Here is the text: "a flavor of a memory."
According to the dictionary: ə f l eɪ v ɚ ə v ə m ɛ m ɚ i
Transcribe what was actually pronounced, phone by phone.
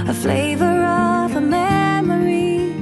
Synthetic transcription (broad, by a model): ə f l eɪ v ɚ ə v ə m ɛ m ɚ i